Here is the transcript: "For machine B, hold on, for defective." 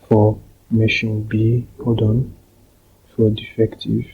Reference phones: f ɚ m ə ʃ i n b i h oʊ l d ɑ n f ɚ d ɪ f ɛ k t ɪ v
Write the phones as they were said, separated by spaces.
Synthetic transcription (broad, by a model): f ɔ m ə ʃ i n b i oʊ d ɑ n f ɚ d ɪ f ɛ k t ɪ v